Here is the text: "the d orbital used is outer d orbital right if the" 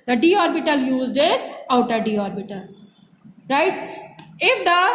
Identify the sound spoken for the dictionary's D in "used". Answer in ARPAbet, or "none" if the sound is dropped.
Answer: D